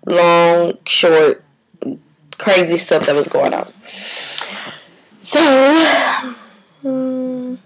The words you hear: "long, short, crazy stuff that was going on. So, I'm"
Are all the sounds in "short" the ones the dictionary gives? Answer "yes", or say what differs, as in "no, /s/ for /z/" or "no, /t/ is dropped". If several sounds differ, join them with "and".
yes